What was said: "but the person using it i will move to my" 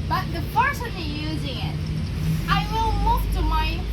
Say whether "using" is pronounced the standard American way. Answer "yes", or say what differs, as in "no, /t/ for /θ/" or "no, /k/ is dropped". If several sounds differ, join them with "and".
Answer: yes